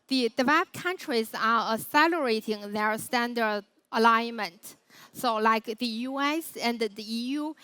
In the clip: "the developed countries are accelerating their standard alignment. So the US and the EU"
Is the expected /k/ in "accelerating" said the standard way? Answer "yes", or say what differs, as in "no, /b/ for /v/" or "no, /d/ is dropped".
no, /k/ is dropped